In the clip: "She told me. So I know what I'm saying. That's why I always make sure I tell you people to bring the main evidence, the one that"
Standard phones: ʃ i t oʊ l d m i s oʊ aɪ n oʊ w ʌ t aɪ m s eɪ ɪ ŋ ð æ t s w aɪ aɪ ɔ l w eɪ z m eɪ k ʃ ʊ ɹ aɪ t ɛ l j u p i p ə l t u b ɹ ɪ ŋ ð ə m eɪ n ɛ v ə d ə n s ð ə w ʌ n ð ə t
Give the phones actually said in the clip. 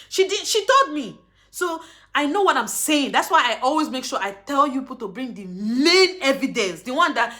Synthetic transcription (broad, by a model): ʃ i t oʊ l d m i s oʊ aɪ n oʊ w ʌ t aɪ m s eɪ ɪ ŋ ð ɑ t s w aɪ aɪ ɔ l w eɪ z m eɪ k ʃ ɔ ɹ aɪ t ɛ l j u p i p ə l t u b ɹ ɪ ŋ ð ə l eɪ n ɛ v ə d ə n s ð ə w ʌ n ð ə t